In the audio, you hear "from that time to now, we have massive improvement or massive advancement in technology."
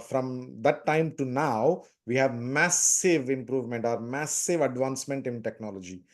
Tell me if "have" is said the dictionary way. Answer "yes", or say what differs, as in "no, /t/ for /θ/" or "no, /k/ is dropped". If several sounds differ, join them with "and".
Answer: yes